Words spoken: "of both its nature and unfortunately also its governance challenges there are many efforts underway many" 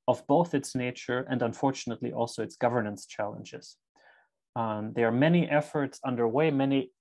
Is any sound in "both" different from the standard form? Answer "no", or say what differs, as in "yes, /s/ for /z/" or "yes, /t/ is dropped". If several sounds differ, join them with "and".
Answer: no